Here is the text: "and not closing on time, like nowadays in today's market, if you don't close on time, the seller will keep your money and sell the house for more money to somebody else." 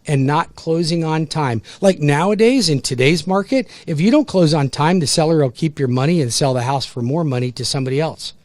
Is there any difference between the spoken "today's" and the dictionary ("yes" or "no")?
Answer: no